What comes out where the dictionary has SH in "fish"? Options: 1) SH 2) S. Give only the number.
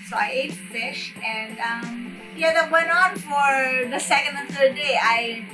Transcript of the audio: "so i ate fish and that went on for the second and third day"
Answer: 1